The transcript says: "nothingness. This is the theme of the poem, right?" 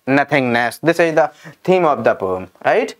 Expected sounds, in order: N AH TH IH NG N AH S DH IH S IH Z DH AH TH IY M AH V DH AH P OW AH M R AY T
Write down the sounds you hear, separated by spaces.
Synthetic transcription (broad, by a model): N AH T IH NG N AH S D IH S IH Z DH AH T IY M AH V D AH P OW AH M R AY T